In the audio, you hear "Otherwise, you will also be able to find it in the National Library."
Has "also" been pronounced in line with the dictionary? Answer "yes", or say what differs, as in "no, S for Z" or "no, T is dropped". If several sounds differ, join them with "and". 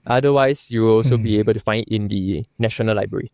yes